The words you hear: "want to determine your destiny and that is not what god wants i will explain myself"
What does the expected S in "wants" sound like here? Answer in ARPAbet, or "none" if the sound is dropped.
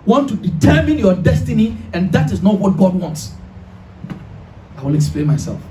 S